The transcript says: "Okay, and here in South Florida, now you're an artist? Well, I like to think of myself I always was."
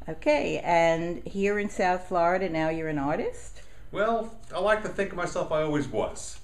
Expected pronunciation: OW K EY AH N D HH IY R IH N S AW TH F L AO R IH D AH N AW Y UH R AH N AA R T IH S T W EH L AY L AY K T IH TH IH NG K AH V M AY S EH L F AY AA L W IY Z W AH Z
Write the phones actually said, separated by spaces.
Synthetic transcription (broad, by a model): OW K EY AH N HH IY R IH N S AW TH F L AO R IH D AH N AW Y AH R AH N AA R T IH S T W EH L AY L AY K T IH TH IH NG K AH V M AY S EH L F AY AA L W IY Z W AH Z